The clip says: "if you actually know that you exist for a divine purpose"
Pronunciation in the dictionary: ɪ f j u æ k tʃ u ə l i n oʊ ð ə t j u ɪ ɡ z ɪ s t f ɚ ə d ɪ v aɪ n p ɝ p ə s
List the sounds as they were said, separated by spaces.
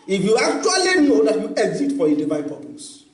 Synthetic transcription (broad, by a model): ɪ f j u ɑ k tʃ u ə l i n oʊ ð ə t j u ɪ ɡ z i t f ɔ ə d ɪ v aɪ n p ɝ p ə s